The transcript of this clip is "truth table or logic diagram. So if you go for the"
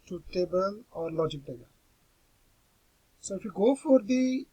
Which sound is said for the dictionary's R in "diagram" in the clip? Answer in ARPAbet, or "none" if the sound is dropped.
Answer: none